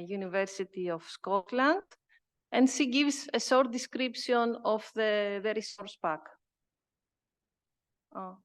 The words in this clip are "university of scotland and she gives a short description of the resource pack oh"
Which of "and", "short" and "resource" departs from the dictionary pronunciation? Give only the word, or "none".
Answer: short